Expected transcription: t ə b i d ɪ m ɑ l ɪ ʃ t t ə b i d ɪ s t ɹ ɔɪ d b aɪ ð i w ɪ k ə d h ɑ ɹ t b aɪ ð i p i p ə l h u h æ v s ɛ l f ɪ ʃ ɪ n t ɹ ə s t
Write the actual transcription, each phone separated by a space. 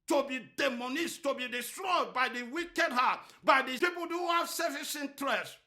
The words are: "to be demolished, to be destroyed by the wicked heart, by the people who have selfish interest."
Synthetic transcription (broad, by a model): t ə b i d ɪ m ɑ n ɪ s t t ə b i d ɪ s t ɹ ɔɪ d b aɪ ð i w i k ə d h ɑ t b aɪ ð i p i p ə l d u h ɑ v s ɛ f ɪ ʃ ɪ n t ɹ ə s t